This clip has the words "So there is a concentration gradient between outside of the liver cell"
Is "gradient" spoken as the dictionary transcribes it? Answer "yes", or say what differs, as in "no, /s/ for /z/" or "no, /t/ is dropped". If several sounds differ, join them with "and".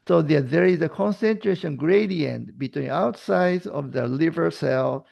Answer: yes